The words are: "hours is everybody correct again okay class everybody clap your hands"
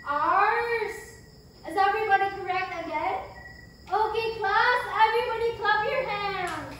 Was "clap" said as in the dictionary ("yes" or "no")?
no